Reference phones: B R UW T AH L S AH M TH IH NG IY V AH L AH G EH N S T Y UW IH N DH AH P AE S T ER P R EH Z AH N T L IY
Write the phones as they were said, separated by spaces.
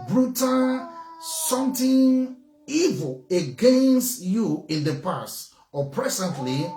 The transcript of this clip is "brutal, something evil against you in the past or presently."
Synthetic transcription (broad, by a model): B R UW T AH S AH M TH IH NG IY V AH L AH G EH N S T Y UW IH N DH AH P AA S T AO P R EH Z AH N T L IY